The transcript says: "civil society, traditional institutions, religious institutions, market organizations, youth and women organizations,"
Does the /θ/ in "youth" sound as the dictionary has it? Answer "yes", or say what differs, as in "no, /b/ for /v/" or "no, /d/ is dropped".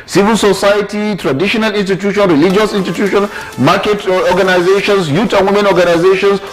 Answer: no, /t/ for /θ/